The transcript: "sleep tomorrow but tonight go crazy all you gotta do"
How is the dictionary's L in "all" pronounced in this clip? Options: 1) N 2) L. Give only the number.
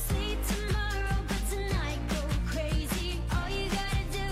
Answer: 2